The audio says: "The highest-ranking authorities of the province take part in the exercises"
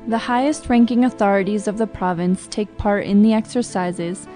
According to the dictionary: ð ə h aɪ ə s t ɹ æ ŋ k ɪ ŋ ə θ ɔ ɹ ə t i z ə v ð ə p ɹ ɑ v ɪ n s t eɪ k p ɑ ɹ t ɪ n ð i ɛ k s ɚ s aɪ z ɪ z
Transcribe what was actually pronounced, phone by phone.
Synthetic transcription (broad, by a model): ð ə h aɪ ə s t ɹ æ ŋ k ɪ ŋ ə θ ɔ ɹ ə t i z ə v ð ə p ɹ ɑ v ɪ n s t eɪ k p ɑ ɹ t ɪ n ð i ɛ k s ɚ s aɪ z ɪ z